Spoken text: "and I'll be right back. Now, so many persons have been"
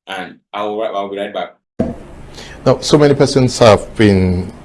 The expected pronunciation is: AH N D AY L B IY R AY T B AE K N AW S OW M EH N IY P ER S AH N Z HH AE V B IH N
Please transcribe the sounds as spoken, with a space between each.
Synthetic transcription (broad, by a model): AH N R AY W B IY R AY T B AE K N AW S OW M EH N IY P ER S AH N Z HH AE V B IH N